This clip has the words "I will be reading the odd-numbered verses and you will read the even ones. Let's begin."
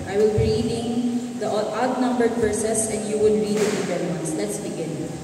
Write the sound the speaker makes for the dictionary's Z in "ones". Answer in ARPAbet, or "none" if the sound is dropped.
S